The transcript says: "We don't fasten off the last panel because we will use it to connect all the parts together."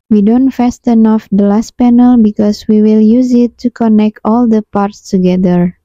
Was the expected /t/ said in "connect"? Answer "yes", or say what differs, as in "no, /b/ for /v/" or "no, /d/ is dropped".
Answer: yes